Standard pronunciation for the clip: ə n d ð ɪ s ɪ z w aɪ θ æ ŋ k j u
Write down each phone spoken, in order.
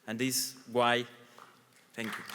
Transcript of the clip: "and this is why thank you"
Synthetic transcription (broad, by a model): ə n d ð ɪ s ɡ w aɪ t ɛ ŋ k j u